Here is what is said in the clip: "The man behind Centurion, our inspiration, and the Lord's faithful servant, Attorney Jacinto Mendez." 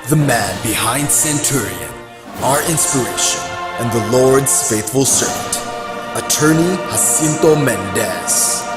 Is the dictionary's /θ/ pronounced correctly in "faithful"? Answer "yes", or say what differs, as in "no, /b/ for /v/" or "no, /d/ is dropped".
yes